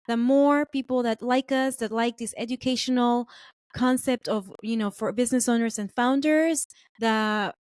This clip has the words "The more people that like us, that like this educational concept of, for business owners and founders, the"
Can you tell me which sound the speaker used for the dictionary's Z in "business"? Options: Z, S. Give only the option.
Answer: Z